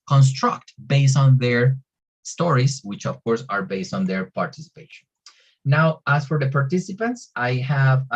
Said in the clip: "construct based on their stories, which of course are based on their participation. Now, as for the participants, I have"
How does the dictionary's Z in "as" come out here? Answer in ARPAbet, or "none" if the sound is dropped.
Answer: S